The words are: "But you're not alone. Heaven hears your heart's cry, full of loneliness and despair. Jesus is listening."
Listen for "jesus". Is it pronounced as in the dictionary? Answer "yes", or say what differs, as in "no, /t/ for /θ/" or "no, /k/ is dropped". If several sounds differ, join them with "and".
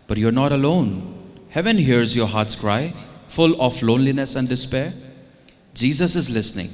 yes